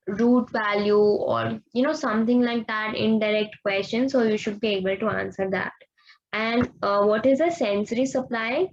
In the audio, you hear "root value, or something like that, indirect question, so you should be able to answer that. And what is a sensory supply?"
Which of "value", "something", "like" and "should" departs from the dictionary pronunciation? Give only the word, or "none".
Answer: something